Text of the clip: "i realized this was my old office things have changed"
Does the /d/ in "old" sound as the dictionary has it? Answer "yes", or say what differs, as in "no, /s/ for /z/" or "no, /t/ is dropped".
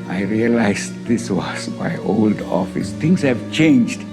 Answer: yes